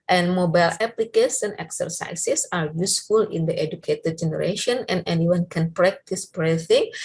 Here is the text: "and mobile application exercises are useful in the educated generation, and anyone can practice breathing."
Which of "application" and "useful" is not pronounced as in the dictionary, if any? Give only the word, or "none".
application